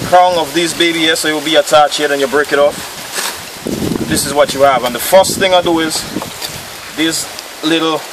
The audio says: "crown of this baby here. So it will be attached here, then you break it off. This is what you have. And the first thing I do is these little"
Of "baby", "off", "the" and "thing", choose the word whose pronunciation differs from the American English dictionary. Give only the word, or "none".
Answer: off